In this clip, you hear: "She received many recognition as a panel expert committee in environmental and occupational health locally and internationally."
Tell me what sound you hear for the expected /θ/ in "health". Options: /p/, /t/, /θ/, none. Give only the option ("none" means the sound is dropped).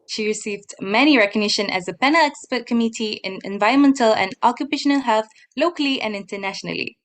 /θ/